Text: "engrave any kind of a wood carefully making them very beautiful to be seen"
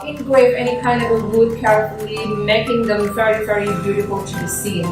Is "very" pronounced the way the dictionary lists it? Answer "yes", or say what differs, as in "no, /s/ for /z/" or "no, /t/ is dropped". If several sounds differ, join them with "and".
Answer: yes